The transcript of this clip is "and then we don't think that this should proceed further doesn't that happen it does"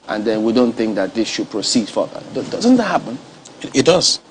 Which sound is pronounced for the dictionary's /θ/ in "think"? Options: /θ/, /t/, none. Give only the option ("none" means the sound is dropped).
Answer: /θ/